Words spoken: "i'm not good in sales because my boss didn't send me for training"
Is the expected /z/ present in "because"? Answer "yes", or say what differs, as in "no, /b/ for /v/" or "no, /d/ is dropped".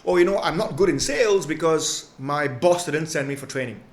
yes